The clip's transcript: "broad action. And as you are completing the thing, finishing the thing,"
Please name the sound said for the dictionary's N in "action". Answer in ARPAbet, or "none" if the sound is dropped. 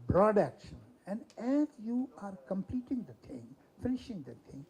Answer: N